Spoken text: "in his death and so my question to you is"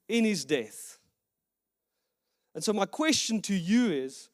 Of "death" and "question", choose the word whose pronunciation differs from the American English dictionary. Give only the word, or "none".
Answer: none